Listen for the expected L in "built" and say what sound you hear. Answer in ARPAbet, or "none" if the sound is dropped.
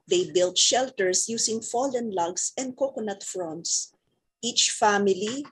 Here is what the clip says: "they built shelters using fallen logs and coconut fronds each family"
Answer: L